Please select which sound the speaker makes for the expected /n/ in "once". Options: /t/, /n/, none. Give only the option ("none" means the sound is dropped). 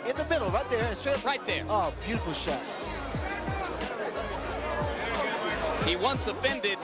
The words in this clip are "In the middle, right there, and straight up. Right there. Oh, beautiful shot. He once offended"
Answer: /n/